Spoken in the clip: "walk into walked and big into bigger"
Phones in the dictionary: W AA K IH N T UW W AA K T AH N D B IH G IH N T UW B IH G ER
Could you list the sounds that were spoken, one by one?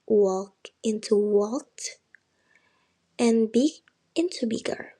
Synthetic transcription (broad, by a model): W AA K IH N T UW W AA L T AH N B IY IH N T UW B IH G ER